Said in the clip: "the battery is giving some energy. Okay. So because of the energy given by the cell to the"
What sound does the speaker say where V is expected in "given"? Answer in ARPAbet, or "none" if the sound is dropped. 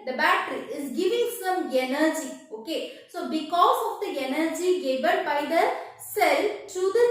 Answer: B